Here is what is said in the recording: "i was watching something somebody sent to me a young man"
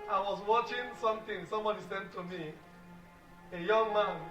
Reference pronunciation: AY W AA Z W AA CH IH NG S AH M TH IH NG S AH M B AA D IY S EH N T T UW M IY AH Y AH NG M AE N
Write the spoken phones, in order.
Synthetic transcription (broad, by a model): AY W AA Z W AA CH IH NG S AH M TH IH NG S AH M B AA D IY S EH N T T UW M IY AH Y AH NG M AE N